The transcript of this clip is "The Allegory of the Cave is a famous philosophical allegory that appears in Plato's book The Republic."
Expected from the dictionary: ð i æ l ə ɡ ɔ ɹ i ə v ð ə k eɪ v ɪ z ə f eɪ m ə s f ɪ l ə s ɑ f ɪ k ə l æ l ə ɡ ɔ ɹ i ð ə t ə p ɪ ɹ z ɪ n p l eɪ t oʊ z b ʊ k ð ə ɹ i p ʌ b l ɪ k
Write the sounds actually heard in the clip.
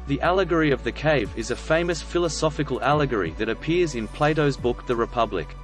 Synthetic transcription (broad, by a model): ð i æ l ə ɡ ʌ ɹ i ə v ð ə k eɪ v ɪ z ə f eɪ m ə s f ɪ l ə s ɑ f ɪ k ə l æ l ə ɡ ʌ ɹ i ð ə t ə p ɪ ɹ z ɪ n p l eɪ t oʊ z b ʊ k ð ə ɹ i p ʌ b l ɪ k